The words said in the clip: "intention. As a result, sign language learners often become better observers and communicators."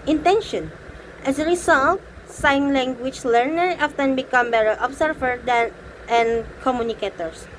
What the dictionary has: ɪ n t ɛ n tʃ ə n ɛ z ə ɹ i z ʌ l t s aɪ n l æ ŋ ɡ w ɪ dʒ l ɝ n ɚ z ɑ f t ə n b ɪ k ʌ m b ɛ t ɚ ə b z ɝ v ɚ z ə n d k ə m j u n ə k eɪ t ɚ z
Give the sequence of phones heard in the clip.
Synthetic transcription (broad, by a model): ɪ n t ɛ n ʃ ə n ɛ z ə ɹ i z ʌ l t s aɪ n l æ ŋ ɡ w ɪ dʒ l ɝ n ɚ ɑ f t ə n b ɪ k ʌ m b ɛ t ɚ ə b s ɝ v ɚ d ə n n k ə m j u n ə k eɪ t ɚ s